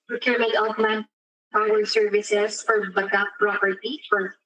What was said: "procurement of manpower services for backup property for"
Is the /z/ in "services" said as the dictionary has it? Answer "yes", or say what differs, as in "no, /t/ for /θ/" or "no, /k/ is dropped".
no, /s/ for /z/